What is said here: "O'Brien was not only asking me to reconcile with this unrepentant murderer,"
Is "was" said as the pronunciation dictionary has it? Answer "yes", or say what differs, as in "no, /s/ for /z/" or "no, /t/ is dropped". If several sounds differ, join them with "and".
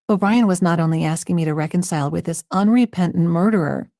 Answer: yes